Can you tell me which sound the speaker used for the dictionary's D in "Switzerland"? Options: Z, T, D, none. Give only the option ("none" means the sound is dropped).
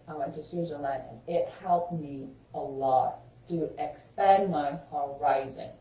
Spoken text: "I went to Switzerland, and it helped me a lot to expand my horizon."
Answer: none